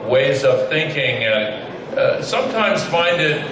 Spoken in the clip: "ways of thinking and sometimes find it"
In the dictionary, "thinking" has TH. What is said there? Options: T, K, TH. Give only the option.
TH